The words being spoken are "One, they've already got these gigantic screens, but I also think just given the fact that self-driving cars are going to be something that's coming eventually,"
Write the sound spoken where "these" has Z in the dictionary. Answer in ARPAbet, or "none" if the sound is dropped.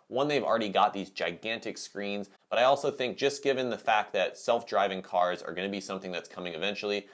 Z